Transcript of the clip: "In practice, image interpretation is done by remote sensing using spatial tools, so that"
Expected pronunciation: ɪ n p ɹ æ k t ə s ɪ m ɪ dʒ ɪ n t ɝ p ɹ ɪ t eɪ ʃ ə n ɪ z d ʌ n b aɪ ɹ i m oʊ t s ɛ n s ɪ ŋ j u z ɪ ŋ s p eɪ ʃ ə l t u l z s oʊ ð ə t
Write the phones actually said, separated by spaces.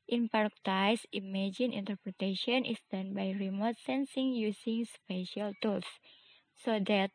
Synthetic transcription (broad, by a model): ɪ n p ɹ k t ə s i m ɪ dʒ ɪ n t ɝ p ɹ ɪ t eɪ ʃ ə n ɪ s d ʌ n b aɪ ɹ i m oʊ t s ɛ n s ɪ ŋ j u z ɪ ŋ s p eɪ ʃ ə l t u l s oʊ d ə t